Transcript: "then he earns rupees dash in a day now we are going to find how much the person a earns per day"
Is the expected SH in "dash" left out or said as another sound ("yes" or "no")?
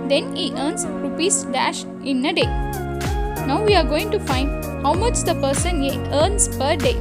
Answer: no